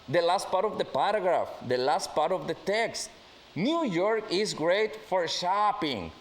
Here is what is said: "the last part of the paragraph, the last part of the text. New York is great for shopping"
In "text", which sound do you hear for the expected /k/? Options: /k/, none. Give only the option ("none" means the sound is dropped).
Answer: /k/